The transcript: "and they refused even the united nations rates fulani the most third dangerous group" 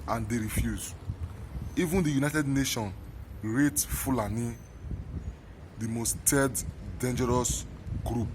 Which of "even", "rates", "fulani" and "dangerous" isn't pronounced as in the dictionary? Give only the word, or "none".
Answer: rates